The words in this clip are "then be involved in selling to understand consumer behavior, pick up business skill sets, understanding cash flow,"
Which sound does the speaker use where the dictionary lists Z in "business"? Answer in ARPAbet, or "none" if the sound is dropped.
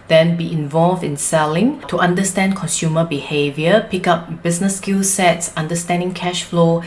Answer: S